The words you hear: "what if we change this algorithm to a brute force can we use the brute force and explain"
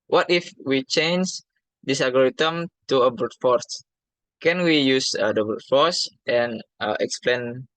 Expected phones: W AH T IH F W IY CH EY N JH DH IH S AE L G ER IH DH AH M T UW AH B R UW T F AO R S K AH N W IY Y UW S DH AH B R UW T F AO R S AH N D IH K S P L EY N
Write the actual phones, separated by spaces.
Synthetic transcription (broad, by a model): W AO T IH F W IY CH EY N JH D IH S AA G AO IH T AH M T UW AH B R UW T F AO R S K AH N W IY Y UW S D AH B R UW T F AO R S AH N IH K S P L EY N